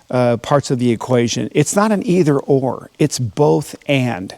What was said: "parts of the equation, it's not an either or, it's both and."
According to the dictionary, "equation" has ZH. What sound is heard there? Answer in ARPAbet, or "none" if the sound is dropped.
ZH